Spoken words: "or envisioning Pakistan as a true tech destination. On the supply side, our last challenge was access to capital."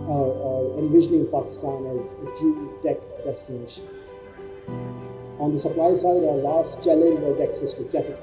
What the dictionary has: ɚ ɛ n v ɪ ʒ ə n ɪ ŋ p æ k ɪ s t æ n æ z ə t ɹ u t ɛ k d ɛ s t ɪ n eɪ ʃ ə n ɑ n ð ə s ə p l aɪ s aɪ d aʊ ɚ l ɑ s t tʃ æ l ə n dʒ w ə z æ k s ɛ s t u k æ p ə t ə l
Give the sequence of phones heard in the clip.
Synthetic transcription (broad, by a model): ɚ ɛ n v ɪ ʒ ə n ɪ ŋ p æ k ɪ s t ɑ n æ z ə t u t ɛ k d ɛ s t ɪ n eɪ ʃ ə n ɑ n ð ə s ə p l aɪ s aɪ d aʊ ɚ l ɑ s t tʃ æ l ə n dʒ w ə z æ k s ɛ s t u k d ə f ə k